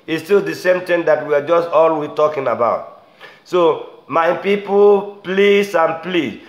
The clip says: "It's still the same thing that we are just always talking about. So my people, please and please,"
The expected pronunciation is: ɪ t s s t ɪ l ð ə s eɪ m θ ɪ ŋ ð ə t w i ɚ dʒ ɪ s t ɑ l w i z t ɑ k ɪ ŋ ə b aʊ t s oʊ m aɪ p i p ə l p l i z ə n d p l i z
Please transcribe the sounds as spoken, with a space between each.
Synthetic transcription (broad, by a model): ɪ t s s t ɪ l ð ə s eɪ m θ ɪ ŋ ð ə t w i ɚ dʒ ɪ s t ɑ l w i t ɑ k ɪ ŋ ə b aʊ t s oʊ m aɪ p i p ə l p l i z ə n p l i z